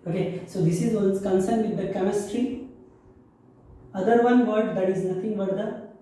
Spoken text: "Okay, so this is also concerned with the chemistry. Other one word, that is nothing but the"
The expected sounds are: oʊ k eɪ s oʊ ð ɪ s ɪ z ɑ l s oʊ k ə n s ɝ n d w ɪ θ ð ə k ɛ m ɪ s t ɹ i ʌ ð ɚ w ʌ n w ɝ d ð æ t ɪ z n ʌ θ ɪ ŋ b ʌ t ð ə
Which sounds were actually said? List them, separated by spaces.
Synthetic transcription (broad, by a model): oʊ k eɪ s oʊ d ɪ s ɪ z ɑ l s k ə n s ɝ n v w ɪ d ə k ɛ m ɪ s t ɹ i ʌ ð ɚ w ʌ n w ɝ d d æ t ɪ z n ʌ t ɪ ŋ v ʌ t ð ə